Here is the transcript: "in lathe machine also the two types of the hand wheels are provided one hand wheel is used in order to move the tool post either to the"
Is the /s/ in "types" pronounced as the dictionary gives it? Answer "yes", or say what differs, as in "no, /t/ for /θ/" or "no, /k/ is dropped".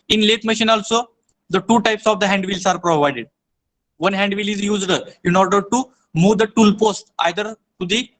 yes